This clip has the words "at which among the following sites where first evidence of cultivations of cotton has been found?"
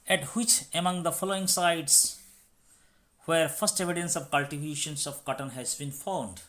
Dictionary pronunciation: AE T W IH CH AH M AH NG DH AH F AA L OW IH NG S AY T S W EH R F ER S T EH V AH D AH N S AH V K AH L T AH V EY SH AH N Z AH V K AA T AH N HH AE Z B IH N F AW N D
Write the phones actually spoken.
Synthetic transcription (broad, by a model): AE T W IH CH AH M AH NG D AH F AA L OW IH NG S AY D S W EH R F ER S T EH V AH D AH N S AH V K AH L T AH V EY SH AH N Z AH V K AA T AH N HH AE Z B IH N F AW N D